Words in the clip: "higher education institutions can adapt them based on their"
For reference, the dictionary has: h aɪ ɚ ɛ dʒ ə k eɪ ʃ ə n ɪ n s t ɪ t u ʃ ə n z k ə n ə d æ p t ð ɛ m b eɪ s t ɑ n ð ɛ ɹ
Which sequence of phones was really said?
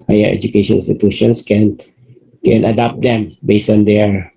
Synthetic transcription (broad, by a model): h aɪ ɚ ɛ dʒ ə k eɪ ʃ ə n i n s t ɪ t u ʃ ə n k k ə n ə d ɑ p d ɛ m b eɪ s ɑ n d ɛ ɹ